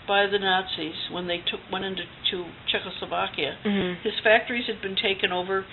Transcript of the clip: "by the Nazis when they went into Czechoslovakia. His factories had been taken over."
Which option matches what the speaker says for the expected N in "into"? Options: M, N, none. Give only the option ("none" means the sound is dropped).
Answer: none